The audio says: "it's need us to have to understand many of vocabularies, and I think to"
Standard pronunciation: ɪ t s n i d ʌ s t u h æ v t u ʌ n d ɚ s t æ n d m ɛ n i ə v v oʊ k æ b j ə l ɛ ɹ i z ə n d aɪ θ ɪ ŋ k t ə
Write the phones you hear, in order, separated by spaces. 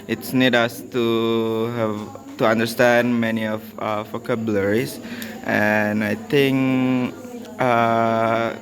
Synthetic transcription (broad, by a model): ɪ t s n i d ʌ s t u h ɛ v t u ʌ n d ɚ s t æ n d m ɛ n i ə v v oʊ k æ b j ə l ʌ ɹ i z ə n aɪ t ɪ ŋ k t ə